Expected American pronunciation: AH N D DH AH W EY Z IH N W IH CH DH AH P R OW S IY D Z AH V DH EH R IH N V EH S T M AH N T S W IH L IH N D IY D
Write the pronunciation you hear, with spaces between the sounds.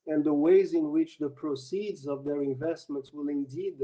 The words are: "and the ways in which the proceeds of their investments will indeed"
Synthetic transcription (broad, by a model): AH N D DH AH W EY Z IH N W IH CH DH AH P R OW S IY D Z AH V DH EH R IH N V EH S T M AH N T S W IH L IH N D IY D